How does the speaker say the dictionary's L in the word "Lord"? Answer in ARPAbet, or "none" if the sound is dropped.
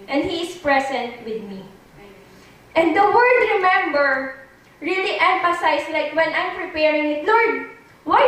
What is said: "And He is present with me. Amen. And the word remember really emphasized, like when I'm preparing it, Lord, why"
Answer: N